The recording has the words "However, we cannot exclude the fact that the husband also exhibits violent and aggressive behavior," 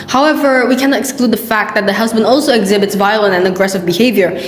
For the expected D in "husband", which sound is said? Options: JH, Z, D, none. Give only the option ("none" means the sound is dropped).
D